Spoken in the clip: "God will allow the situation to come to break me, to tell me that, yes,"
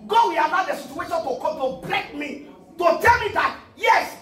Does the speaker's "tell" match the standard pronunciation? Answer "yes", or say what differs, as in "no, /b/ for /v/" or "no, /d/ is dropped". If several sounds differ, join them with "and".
yes